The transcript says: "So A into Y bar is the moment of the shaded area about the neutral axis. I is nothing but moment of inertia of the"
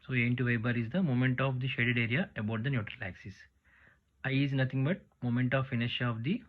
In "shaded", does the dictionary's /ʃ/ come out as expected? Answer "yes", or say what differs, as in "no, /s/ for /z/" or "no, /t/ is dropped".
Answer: yes